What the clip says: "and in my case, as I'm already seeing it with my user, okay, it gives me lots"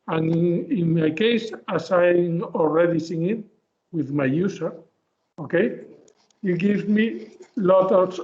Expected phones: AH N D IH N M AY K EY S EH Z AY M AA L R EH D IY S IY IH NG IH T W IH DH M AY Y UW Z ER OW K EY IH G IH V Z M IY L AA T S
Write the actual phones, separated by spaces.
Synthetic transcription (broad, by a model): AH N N IH N M AY K EY S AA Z AY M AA L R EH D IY S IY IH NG IH T W IH DH M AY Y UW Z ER OW K EY IH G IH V M IY L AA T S